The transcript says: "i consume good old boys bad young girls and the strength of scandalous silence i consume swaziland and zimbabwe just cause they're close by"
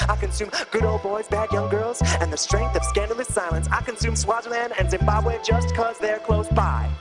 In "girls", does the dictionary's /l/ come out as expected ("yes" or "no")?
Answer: yes